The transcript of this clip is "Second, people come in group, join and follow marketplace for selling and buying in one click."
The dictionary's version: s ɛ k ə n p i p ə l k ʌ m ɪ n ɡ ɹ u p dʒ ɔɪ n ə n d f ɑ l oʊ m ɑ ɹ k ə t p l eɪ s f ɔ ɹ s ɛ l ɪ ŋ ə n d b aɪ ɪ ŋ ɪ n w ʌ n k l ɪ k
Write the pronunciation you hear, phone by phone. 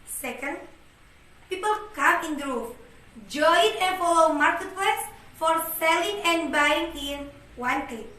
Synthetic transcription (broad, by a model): s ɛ k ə n p i p ə l k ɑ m ɪ n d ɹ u f dʒ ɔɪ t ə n f ɑ l oʊ m ɑ ɹ k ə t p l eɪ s f ɔ ɹ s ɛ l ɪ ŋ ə n b aɪ ɪ ŋ ɪ n w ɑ n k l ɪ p